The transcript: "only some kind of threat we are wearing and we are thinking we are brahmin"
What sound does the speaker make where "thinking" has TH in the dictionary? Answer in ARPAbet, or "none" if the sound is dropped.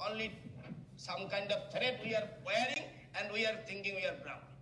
T